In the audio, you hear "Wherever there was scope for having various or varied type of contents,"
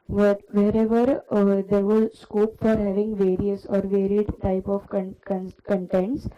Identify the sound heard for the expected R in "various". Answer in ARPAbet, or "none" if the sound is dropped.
R